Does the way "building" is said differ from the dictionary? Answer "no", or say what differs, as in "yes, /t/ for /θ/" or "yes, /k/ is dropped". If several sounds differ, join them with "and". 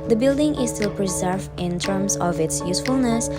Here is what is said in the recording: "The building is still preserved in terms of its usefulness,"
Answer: no